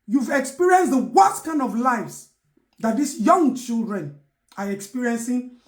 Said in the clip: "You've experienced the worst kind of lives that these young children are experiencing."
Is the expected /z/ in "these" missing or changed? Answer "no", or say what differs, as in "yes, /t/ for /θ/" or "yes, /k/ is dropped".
yes, /s/ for /z/